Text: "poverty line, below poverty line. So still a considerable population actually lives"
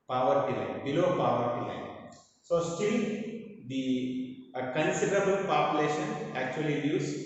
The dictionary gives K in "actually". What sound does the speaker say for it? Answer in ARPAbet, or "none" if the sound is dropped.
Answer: K